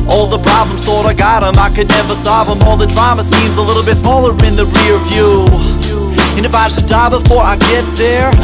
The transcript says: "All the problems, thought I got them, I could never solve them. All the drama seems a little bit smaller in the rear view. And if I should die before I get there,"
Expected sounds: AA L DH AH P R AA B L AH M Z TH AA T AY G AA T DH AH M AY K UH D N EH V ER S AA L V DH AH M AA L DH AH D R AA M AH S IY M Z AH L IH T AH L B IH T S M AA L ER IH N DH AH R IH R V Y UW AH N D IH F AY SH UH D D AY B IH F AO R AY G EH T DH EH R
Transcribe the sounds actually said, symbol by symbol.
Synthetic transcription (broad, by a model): AA L DH AH P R AA B L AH M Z TH AA T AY G AA T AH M AY K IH D N EH V ER S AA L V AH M AA L DH AH D R AA M AH S IY M Z AH L IH T L B IH T S M AA L ER IH N DH AH R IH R V Y UW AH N IH F AY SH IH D D AY B IH F AO R AY G EH T DH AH R